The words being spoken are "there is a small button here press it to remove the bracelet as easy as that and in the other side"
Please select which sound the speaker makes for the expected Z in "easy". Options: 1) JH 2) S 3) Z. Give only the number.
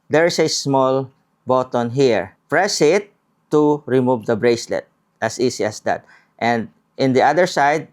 2